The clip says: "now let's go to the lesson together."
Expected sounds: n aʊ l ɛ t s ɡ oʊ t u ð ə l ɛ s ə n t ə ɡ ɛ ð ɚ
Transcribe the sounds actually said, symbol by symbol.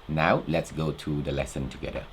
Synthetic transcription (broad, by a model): n aʊ l ɛ t s ɡ oʊ t u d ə l ɛ s ə n t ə ɡ ɛ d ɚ